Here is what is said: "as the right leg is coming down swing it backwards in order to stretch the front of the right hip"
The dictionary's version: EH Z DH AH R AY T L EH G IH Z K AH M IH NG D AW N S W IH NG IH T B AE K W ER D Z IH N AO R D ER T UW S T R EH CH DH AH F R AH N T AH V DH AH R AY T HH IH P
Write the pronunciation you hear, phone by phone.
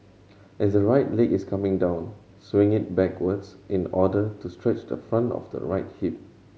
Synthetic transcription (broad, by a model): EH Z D AH R AY T L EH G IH S K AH M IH NG D AW N S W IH NG IH T B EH K W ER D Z IH N AO D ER T UW S T R EH CH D AH F R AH N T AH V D AH R AY T HH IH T